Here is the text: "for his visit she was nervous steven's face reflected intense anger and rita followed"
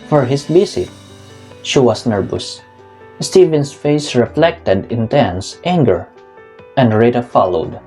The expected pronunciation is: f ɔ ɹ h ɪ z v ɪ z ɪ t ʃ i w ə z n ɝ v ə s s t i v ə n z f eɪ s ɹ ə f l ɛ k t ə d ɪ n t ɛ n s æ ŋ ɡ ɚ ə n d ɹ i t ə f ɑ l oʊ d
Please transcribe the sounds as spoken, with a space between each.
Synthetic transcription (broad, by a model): f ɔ ɹ h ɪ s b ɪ s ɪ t ʃ i w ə s n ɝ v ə s s t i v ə n s f eɪ s ɹ ə f l ɛ k t ə d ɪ n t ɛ n s æ ŋ ɡ ɚ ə n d ɹ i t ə f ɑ l oʊ d